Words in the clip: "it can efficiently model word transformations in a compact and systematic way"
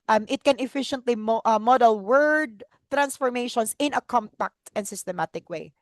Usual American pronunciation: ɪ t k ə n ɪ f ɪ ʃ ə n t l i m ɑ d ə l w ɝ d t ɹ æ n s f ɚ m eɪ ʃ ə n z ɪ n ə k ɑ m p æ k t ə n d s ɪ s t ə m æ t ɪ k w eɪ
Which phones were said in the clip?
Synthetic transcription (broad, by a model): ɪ t k ə n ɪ f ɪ ʃ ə n t l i m ɑ d ə l w ɝ d t ɹ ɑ n s f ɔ m eɪ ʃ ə n s ɪ n ə k ɑ m p æ k t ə n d s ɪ s t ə m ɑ t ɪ k w eɪ